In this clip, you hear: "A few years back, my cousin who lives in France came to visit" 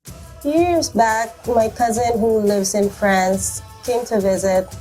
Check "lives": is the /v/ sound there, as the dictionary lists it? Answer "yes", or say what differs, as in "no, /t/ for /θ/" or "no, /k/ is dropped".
yes